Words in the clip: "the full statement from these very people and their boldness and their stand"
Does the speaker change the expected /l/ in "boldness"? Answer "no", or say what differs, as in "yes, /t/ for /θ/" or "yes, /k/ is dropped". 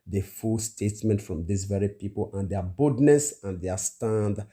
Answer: yes, /l/ is dropped